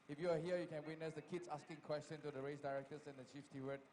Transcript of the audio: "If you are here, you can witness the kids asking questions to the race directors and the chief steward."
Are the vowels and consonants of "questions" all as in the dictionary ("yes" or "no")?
no